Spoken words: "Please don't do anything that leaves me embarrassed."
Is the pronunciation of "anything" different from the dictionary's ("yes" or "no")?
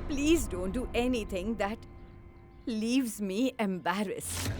yes